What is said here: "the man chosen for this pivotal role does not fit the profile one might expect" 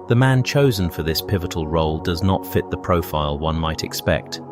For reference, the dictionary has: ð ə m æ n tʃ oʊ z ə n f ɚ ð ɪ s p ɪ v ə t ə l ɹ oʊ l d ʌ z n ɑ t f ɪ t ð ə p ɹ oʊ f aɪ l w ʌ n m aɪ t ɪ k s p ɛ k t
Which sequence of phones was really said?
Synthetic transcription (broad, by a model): ð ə m æ n tʃ oʊ z ə n f ɚ ð ɪ s p ɪ v ə t ə l ɹ oʊ l d ʌ z n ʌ t f ɪ t ð ə p ɹ oʊ f aɪ l w ʌ n m aɪ t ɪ k s p ɛ k t